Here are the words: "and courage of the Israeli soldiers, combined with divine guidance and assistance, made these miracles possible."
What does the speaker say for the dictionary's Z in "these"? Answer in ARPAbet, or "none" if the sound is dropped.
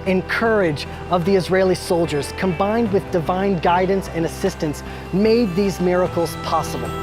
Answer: Z